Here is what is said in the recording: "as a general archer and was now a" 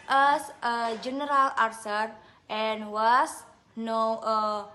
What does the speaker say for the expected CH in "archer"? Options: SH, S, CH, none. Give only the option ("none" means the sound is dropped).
S